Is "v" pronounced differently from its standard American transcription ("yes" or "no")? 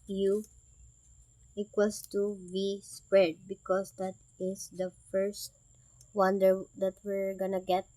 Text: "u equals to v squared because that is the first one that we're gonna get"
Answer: yes